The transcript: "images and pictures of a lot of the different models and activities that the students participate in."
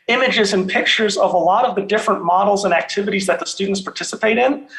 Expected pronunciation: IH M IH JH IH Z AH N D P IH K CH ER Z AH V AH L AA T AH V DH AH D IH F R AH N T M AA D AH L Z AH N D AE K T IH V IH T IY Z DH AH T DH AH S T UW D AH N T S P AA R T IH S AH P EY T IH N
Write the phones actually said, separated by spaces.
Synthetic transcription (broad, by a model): IH M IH JH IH Z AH N P IH K CH ER Z AH V AH L AA T AH V DH AH D IH F R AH N M AA D L Z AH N AE K T IH V IH T IY Z DH AH T DH AH S T UW D N T S P AA R T IH S AH P EY T IH N